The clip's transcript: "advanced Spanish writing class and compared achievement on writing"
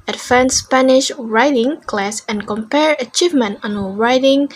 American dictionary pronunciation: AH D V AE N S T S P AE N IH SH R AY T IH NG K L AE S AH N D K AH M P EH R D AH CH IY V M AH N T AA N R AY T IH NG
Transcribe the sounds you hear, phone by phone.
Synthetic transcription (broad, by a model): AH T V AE N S S P AE N IH SH R AY T IH NG K L AE S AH N K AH M P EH R AH CH IY V M AH N T AA N R AY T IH NG